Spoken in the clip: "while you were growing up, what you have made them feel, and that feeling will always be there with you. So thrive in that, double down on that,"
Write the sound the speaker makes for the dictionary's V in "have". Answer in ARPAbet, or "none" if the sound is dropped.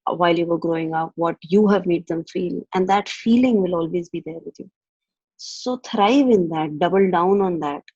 V